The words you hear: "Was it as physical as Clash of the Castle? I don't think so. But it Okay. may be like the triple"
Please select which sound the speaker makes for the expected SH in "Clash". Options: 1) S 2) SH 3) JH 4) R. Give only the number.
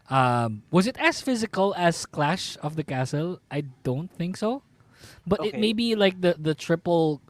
2